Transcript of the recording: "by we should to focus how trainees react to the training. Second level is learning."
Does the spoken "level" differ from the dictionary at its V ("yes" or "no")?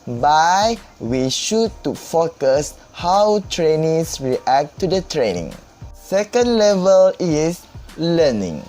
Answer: no